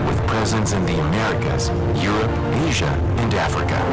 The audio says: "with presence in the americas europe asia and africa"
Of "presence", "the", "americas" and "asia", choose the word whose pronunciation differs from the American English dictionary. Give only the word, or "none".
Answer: none